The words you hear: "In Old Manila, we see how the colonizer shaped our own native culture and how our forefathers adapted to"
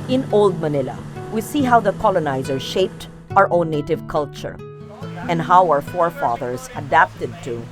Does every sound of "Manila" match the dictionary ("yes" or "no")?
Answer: yes